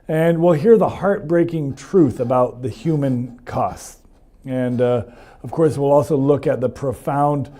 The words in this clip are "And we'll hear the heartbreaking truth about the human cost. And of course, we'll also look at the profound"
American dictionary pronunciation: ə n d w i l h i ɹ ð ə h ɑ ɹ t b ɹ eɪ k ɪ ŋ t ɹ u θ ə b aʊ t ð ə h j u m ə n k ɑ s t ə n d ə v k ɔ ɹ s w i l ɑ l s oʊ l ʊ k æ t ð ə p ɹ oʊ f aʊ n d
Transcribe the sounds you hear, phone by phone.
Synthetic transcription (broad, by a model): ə n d w i l h i ɹ ð ə h ɑ ɹ t b ɹ eɪ k ɪ ŋ t ɹ u θ ə b aʊ t ð ə h j u m ə n k ɑ s t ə n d ə v k ɔ ɹ s w i l ɑ l s oʊ l ʊ k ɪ t ð ə p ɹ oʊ f aʊ n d